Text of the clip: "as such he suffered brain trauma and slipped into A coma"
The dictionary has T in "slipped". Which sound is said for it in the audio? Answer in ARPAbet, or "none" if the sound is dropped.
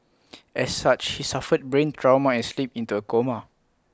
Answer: none